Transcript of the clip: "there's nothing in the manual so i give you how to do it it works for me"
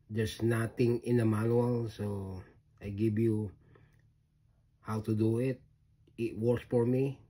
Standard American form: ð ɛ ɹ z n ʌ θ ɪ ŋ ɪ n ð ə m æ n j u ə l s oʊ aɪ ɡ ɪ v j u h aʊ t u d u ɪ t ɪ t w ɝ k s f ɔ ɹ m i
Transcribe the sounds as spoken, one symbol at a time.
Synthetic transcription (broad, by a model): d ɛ ɹ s n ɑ t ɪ ŋ ɪ n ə m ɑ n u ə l s oʊ aɪ ɡ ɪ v j u h aʊ t u d u ɪ t ɪ t w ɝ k s f ɔ ɹ m i